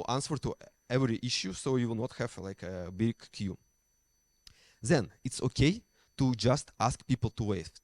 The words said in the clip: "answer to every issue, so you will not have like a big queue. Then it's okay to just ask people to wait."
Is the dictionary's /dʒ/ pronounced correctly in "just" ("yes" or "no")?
yes